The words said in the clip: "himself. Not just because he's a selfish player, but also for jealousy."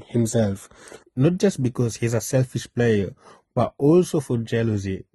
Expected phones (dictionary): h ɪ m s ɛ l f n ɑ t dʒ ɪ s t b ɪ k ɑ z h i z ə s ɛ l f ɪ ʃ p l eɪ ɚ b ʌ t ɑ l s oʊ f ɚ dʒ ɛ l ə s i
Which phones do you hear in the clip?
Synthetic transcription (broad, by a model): h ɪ m s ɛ l f n ɑ t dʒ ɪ s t b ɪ k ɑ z h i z ə s ɛ l f ɪ ʃ p l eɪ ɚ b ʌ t ɑ l s oʊ f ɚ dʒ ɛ l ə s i